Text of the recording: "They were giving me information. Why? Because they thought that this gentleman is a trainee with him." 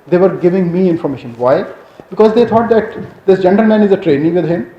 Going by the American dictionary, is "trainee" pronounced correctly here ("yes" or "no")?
yes